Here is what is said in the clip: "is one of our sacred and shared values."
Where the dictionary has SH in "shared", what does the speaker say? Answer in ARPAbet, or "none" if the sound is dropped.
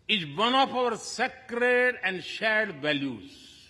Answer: SH